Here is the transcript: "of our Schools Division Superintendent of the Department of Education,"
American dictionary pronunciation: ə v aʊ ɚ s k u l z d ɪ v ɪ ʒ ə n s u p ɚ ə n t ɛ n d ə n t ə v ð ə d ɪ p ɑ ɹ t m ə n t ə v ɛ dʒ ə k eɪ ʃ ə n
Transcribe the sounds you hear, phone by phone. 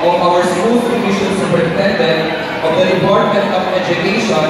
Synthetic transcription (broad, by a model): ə aʊ ɚ s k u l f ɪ ɪ ʃ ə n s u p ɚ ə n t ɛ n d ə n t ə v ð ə d ɪ p ɑ ɹ t m ə n t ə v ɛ dʒ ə k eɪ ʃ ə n